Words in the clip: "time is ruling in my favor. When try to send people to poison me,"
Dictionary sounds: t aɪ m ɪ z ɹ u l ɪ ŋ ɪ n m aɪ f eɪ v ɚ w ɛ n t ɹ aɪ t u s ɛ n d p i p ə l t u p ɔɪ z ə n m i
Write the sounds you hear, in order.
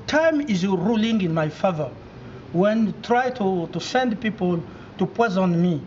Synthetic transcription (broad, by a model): t aɪ m ɪ z ɹ u l ɪ ŋ ɪ n m aɪ f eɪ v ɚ w ɛ n t ɹ aɪ t u s ɛ n d p i p ə l t u p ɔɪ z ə n m i